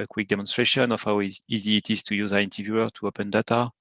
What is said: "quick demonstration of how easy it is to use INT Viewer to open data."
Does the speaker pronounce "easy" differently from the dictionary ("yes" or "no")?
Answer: no